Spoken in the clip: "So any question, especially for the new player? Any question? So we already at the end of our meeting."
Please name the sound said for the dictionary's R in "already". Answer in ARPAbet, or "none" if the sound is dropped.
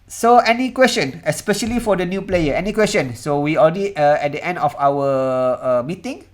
L